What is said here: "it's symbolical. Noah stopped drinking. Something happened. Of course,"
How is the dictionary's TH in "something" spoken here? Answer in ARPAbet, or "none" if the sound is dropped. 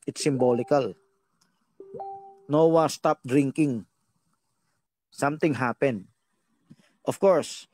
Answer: T